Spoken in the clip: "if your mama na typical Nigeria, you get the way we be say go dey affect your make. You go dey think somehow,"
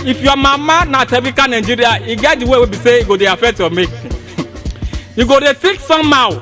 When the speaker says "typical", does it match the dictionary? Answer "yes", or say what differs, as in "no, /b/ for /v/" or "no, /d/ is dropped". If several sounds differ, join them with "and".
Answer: no, /b/ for /p/